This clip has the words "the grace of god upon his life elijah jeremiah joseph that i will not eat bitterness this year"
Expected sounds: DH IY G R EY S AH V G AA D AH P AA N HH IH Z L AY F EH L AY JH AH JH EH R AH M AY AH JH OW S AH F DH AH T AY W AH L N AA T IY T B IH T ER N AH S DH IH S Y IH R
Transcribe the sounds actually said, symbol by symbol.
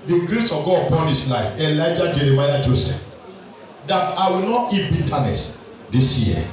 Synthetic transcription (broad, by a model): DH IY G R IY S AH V G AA AH P AA N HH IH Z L AY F EH L AY JH AH JH EH R AH M AY AH JH OW S AH F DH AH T AY W AH L N AA T IY T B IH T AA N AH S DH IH S Y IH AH